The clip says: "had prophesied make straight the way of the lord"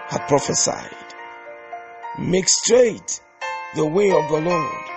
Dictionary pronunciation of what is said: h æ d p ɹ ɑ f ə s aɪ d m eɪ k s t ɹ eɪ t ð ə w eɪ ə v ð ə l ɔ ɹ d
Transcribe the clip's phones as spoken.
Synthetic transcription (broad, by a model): h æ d p ɹ ɑ f ə s aɪ d m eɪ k s t ɹ eɪ t ð ə w eɪ ə v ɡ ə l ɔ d